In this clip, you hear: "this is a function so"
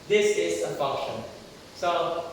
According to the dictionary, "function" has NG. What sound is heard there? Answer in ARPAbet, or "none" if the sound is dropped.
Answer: none